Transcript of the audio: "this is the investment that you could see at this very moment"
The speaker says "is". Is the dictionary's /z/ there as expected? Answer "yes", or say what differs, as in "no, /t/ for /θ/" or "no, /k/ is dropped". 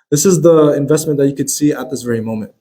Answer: yes